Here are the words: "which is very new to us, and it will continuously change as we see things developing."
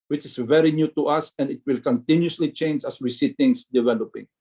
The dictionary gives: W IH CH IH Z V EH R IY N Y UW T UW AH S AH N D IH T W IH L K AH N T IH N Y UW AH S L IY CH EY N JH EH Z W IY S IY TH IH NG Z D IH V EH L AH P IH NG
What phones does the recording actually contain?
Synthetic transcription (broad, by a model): W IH CH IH S V EH R IY N Y UW T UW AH S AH N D IH T W IH L K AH N T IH N Y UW S L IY CH EY N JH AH S W IY S IY T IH NG S D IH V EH L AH P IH NG